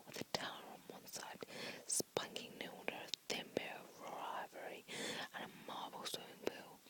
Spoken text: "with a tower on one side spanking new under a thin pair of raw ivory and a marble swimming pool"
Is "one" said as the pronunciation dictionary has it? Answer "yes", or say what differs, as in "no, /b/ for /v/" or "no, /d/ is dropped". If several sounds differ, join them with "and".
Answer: yes